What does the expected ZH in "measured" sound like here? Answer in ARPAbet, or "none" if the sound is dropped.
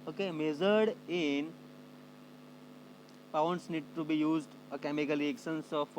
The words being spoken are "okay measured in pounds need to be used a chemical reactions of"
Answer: Z